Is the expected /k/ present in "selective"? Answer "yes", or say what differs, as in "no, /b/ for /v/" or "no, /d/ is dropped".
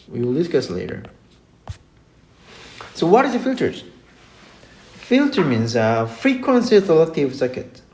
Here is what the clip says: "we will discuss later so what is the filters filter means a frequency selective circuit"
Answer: no, /k/ is dropped